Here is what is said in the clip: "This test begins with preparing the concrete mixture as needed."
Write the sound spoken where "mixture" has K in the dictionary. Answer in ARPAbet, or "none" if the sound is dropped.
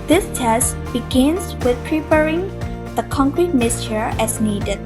none